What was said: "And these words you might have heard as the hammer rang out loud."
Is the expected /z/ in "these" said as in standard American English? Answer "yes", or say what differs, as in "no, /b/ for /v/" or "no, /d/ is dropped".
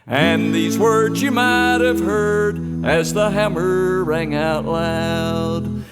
yes